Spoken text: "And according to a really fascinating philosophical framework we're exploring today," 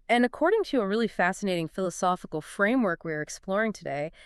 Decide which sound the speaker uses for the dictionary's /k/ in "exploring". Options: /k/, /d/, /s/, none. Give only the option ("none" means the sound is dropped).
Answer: /k/